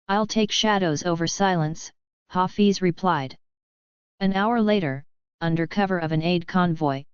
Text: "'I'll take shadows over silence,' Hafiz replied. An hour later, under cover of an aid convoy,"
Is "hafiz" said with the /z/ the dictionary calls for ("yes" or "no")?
yes